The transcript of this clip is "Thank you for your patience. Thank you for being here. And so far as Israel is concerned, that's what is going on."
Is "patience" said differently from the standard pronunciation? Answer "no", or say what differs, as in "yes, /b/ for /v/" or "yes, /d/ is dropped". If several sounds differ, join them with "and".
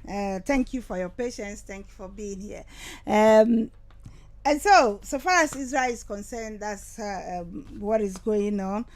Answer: no